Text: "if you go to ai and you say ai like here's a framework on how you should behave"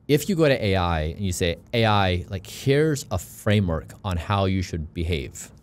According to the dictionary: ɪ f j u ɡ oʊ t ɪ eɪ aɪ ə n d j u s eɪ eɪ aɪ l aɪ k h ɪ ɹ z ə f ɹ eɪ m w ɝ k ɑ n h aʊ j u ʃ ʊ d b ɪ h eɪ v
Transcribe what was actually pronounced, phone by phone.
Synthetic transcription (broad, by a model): ɪ f j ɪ ɡ oʊ t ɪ eɪ aɪ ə n j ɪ s eɪ eɪ aɪ l aɪ k h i ɹ z ə f ɹ eɪ m w ɝ k n h aʊ j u ʃ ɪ d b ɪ h eɪ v